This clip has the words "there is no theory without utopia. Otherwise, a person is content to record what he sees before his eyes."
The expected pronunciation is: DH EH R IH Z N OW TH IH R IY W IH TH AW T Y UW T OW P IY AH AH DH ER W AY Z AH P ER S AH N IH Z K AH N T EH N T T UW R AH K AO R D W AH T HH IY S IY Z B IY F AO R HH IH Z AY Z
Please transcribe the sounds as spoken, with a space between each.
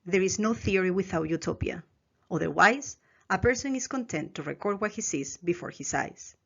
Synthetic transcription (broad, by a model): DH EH R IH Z N OW TH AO R IY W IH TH AW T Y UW T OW P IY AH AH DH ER W AY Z AH P ER S AH N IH S K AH N T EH N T T UW R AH K AO R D W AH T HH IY S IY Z B IY F AO R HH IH S AY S